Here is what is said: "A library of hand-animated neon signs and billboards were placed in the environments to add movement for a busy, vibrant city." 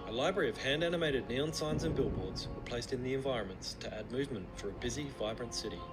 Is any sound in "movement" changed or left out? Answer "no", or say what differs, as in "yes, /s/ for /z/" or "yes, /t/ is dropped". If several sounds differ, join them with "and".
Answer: no